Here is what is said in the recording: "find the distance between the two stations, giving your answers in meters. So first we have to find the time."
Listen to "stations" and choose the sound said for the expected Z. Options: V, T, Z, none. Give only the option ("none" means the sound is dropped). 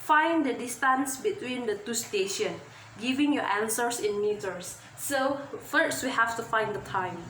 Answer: none